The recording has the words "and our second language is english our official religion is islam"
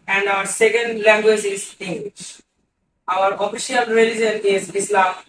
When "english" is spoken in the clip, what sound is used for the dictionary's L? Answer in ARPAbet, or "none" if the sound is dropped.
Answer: W